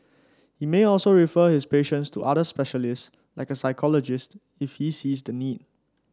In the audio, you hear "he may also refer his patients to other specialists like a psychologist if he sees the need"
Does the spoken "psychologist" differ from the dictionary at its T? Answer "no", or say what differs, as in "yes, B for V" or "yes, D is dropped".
no